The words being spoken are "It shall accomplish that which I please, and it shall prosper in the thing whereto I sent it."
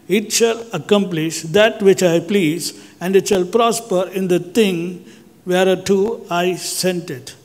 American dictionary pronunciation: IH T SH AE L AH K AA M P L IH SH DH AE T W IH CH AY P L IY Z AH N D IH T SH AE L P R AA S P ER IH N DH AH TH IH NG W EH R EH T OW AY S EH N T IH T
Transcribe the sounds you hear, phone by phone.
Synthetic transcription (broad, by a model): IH T SH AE L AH K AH M P L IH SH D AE T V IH CH AY P L IY Z AH N D IH T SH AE L P R AA S P ER IH N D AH T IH NG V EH R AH T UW AY S EH N T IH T